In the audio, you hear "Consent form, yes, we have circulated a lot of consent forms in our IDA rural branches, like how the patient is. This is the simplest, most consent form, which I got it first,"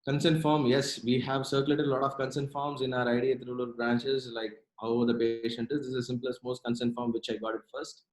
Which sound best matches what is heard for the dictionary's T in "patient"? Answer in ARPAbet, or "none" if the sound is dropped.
T